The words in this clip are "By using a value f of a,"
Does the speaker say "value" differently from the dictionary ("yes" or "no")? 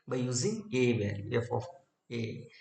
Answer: yes